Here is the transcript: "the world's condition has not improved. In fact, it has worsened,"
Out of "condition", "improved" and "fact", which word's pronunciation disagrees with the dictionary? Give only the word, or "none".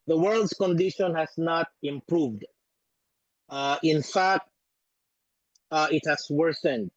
none